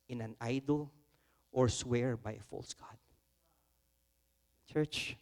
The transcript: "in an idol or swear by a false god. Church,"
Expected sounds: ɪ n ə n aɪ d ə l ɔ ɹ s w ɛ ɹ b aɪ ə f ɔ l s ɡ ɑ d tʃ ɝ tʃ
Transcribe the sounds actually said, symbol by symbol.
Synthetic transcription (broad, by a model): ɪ n ə n aɪ d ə l ɔ ɹ s w ɛ ɹ b aɪ ə f ɔ l s ɡ ɑ d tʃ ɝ tʃ